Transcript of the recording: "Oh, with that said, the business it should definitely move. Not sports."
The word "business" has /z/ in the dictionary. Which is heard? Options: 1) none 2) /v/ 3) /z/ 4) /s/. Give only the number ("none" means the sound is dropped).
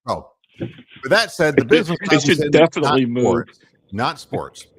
3